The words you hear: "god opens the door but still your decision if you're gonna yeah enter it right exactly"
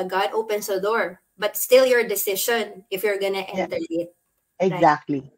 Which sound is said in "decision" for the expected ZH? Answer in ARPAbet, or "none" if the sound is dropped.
SH